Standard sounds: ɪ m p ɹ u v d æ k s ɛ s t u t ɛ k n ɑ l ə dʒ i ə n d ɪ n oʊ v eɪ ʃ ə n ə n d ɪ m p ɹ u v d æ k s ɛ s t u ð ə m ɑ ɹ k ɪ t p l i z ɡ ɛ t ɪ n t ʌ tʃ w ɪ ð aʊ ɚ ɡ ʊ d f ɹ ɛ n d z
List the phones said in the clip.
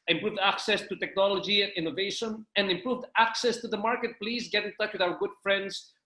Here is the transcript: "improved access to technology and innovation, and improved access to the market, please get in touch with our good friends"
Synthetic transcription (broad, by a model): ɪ m p ɹ u v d æ k s ɛ s t u t ɛ k n ɑ l ə dʒ i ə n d ɪ n oʊ v eɪ ʃ ə n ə n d ɪ m p ɹ u v d æ k s ɛ s t u ð ə m ɑ ɹ k ɪ t p l i z ɡ ɛ t ɪ n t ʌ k w ɪ ð aʊ ɚ ɡ ʊ d f ɹ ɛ n d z